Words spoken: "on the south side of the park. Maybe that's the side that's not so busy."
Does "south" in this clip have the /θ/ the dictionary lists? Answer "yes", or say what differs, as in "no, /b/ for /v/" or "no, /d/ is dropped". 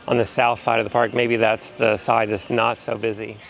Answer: yes